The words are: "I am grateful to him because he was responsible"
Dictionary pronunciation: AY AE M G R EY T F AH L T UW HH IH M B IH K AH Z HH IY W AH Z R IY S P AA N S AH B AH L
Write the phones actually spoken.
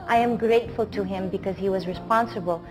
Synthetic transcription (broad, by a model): AY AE M G R EY T F AH L T UW HH IH M B IH K AH Z HH IY W AH Z R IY S P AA N S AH B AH L